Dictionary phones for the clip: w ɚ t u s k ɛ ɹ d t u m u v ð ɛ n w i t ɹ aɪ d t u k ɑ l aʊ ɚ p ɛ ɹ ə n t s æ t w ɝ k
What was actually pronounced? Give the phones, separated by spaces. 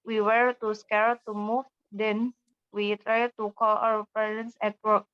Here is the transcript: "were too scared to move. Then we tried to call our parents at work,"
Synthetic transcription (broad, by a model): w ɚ t u s k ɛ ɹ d t u m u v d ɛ n w i t ɹ aɪ d t u k ɑ l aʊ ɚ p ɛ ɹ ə n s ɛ t w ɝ k